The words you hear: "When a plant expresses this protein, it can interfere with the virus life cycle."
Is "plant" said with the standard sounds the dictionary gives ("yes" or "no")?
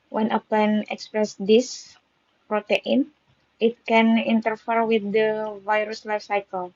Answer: no